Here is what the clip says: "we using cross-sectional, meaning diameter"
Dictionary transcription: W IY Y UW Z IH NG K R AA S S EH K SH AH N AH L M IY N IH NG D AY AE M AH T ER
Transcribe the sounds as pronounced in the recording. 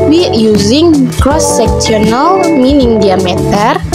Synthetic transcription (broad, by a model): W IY Y UW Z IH NG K R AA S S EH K S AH N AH L M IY N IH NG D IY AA M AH T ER